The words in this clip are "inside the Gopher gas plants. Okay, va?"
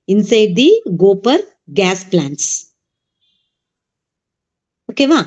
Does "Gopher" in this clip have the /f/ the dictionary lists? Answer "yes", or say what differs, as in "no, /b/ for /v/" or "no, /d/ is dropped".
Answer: no, /p/ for /f/